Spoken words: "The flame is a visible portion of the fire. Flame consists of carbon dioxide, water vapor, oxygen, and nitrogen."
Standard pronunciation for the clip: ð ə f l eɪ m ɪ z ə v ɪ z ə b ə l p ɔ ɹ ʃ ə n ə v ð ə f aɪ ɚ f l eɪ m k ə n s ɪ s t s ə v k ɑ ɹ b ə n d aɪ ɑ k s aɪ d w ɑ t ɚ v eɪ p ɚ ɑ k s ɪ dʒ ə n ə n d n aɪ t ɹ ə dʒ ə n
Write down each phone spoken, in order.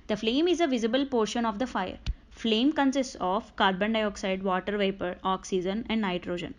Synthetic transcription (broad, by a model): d ə f l eɪ m ɪ z ə v ɪ z ə b ə l p ɔ ɹ ʃ ə n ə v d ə f aɪ ɚ f l eɪ m k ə n s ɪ s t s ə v k ɑ ɹ b ə n d aɪ ɑ k s aɪ d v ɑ t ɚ v eɪ p ɚ ɑ k s ɪ dʒ ə n ə n d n aɪ t ɹ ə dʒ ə n